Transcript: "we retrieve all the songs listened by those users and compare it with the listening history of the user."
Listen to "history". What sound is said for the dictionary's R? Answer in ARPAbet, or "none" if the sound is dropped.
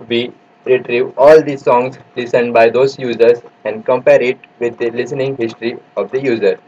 R